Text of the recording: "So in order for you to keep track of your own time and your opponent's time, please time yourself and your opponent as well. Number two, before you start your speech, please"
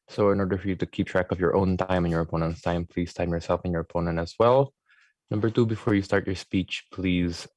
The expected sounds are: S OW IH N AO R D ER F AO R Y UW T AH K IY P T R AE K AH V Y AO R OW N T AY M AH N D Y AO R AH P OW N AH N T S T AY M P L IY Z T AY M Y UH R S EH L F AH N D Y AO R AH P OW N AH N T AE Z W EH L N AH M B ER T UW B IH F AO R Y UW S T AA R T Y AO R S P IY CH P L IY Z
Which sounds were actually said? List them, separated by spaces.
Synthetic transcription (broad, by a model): S OW IH N AO R D ER F AO R Y UW T AH K IY P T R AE K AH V Y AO R OW N T AY M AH N Y AO R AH P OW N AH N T S T AY M P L IY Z T AY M Y UH R S EH L F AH N Y AO R AH P OW N AH N T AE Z W EH L N AH M B ER T UW B IH F AO R Y UW S T AA R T Y AO R S P IY CH P L IY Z